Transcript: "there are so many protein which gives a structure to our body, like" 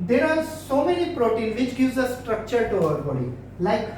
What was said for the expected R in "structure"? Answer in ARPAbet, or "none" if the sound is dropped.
R